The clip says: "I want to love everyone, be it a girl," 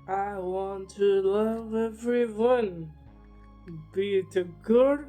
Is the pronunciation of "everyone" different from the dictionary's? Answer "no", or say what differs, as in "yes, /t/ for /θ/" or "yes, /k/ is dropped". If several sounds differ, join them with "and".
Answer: no